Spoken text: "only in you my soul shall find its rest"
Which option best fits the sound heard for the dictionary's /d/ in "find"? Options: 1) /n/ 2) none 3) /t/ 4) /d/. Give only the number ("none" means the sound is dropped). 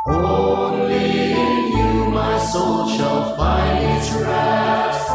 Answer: 2